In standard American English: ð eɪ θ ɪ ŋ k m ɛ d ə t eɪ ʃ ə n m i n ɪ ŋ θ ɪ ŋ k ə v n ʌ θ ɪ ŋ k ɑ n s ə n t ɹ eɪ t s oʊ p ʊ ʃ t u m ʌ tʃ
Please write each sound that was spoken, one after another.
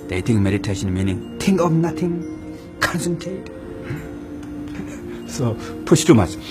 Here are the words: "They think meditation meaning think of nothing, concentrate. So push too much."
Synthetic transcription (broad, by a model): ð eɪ t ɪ ŋ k m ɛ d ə t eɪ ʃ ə n m i n ɪ ŋ t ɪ ŋ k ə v n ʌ t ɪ ŋ k ɑ n s ə n t ɹ eɪ t s oʊ p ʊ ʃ t u m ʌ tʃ